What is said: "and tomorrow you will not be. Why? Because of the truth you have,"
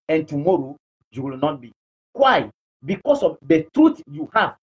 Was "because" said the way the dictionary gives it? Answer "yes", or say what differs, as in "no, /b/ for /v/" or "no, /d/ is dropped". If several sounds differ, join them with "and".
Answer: no, /s/ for /z/